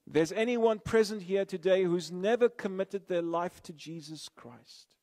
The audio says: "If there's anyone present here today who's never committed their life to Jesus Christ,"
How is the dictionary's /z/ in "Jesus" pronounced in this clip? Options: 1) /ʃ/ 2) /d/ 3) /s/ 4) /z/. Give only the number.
4